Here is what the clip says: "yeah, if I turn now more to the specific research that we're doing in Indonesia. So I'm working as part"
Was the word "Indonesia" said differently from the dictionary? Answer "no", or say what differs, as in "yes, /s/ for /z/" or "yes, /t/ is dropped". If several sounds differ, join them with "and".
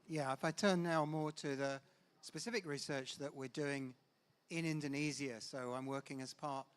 yes, /z/ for /ʒ/